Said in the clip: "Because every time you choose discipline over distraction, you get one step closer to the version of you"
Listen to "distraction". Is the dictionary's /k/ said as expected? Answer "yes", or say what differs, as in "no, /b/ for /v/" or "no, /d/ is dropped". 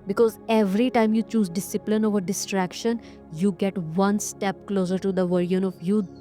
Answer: yes